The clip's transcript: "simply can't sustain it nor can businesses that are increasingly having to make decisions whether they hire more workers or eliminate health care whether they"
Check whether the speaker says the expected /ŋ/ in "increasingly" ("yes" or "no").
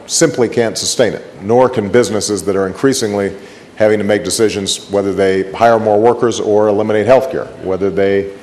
yes